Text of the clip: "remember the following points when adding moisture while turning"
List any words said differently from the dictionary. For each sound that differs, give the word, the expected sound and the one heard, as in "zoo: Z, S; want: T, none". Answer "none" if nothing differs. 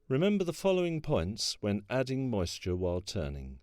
none